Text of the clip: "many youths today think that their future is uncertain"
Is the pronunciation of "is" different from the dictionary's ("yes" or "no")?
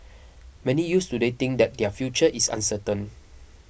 yes